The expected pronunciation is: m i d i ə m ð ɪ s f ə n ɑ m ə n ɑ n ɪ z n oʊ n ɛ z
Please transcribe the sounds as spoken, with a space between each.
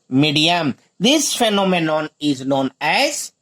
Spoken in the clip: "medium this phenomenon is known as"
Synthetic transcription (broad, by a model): m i d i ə m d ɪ s f ə n ɑ m ə n ɑ n ɪ z n oʊ n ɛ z